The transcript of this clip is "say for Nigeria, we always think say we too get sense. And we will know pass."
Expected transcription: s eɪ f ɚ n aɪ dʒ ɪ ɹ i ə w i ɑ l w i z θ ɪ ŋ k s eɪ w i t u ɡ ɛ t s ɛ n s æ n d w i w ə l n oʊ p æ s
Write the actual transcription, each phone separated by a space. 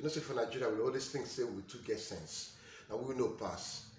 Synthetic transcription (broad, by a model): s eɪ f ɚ n aɪ dʒ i ɹ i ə w i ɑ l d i s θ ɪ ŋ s s eɪ w i t u ɡ ɛ t s ɛ n s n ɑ w i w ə n oʊ p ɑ s